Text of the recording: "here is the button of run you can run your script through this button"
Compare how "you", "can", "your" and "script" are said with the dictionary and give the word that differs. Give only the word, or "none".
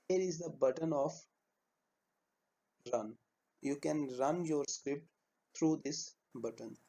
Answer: none